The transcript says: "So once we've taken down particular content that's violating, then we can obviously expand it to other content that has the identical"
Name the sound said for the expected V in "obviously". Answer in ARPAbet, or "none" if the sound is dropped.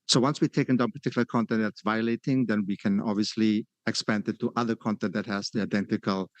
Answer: V